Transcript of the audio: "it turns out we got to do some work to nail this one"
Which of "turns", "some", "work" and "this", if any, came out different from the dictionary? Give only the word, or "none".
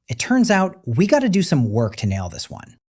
none